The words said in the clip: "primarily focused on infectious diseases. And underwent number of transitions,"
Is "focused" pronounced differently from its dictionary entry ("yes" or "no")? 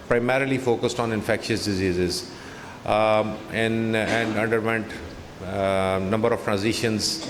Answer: no